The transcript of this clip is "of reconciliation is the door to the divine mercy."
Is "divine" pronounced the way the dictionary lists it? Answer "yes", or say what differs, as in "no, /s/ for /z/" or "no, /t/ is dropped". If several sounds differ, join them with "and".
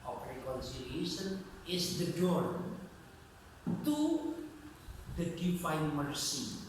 no, /f/ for /v/